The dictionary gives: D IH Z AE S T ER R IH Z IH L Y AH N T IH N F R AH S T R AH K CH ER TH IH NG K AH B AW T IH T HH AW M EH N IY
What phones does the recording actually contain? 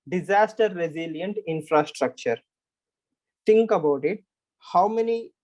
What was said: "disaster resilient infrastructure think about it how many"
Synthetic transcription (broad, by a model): D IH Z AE S T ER R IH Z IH L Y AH N T IH N F R AH S T R AH K CH ER T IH NG K AH B AW T IH T HH AW M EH N IY